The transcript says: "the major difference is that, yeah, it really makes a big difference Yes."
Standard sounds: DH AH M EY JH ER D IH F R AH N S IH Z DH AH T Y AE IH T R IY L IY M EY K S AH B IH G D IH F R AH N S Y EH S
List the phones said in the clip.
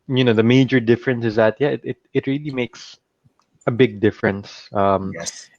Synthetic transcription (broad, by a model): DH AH M EY JH ER D IH F R AH N S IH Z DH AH T Y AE IH T R IY L IY M EY K S AH B IH G D IH F R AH N S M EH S